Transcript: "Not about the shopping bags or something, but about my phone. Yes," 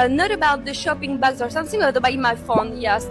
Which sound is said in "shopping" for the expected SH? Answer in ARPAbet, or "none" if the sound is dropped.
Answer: SH